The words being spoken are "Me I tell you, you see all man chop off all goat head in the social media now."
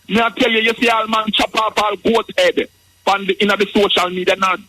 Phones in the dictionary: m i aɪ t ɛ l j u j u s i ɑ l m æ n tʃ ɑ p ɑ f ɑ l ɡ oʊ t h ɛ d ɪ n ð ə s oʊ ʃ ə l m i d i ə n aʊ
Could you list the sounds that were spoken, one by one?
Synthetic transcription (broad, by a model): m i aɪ t ɛ l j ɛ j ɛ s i ɑ l m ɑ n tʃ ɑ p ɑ p ɑ l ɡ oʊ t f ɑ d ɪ n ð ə s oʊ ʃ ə l m i d i ə n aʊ